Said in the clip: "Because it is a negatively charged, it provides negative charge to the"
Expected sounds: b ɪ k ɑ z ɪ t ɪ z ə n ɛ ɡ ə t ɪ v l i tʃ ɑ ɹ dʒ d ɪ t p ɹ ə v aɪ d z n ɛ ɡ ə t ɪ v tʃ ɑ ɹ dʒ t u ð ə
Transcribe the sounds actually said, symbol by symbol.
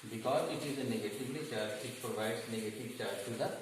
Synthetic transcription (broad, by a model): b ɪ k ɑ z ɪ t ɪ z ə n ɛ ɡ ə t ɪ v l i tʃ ɑ ɹ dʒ ɪ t p ɹ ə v aɪ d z n ɛ ɡ ə t ɪ v tʃ ɑ ɹ dʒ t u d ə